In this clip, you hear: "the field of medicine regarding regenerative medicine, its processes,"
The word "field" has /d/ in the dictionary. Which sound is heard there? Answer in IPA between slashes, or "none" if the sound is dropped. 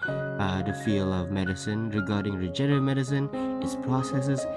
none